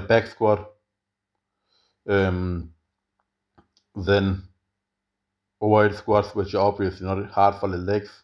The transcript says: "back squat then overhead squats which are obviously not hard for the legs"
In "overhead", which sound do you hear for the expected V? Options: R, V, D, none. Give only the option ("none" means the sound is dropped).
none